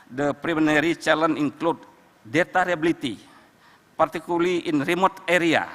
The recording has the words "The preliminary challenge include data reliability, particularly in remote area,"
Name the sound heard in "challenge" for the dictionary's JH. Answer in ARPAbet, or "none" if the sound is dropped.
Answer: none